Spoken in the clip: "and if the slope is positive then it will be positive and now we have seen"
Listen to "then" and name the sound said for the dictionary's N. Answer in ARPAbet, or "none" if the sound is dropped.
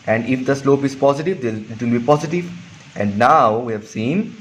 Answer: none